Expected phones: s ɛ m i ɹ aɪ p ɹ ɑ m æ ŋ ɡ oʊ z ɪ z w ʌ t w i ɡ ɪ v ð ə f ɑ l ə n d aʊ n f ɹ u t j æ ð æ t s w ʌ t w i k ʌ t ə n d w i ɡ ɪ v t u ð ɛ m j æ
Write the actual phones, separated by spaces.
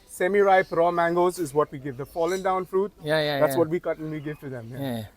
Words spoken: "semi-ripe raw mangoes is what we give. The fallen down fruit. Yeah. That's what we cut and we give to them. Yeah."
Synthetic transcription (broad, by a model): s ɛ m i ɹ aɪ p ɹ ɑ m æ ŋ ɡ oʊ z ɪ z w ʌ t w i ɡ ɪ v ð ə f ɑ l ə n d aʊ n f ɹ u t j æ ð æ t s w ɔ t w i k ʌ t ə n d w i ɡ ɪ v t u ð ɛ m j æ